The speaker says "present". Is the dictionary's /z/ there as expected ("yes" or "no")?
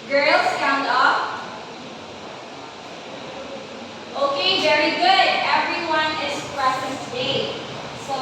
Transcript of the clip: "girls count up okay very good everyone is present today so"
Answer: no